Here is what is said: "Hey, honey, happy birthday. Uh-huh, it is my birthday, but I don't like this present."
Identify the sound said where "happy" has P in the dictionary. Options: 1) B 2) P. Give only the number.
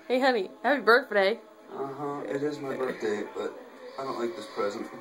1